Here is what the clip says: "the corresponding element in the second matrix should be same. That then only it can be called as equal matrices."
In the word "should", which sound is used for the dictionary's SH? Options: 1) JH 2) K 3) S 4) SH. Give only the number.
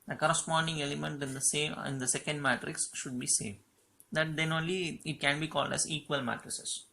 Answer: 4